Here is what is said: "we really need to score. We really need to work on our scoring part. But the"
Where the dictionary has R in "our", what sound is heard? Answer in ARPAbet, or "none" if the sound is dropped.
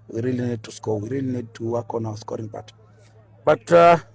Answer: W